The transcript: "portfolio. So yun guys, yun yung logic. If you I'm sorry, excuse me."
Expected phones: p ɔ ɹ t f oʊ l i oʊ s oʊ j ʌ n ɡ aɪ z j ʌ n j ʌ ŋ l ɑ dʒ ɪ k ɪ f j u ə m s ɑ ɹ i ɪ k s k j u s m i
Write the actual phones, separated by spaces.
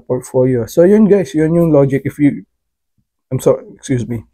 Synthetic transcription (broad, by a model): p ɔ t f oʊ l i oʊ s oʊ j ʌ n ɡ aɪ s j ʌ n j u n l ɑ dʒ ɪ k ɪ f j u ə m s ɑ i k s k j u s m i